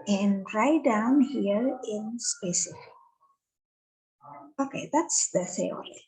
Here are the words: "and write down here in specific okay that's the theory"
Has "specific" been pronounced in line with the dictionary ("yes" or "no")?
no